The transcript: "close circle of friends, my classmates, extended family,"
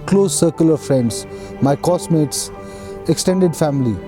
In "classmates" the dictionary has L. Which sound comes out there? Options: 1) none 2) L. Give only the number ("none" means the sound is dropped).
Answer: 1